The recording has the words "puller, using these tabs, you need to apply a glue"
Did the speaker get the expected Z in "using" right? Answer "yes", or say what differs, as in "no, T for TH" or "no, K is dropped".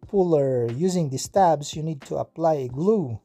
yes